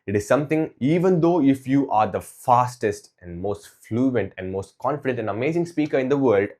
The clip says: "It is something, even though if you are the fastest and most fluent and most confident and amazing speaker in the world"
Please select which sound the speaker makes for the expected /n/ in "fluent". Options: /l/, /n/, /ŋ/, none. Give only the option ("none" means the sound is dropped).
/n/